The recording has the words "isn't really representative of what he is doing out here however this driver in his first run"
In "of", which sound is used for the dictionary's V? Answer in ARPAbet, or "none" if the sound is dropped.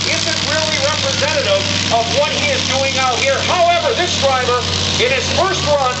V